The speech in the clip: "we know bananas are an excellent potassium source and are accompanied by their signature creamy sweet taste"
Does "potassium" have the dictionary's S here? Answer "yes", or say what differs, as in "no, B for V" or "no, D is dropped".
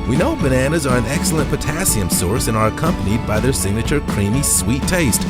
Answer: yes